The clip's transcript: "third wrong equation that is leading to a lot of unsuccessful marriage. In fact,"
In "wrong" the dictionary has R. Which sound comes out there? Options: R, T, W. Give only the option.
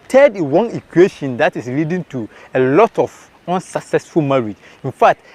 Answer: W